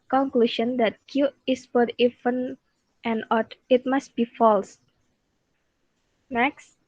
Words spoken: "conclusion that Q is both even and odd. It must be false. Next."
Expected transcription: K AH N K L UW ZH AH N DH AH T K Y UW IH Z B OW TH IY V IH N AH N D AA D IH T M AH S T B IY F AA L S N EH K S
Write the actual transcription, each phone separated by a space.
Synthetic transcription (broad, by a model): K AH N K L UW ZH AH N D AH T K Y UW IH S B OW T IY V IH N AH N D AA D IH T M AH S T B IY F AA L S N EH K S